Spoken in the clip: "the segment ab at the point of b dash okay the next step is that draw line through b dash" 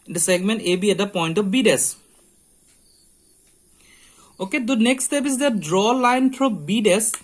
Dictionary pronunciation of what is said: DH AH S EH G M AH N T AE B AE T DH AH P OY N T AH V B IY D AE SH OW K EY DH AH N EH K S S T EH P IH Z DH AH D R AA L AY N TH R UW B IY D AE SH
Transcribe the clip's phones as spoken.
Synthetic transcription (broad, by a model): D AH S EH G M AH N T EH B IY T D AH P OY N T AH F B IY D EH S OW K EY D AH N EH K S S T EH P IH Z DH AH D R AA L AY N F R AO B IY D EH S